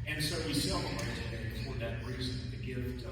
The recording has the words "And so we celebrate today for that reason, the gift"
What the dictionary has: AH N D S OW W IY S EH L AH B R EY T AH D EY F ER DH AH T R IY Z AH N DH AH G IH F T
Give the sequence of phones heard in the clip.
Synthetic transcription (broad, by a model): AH N S OW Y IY S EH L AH R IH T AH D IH F ER DH AH T R IY Z AH N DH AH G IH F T